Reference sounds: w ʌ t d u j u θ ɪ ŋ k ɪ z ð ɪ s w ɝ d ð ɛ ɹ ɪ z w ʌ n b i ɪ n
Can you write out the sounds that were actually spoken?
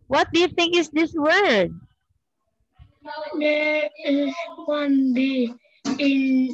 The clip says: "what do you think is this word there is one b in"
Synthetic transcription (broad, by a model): w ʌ t d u j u θ ɪ ŋ k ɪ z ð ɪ s w ɝ d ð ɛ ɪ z w ʌ n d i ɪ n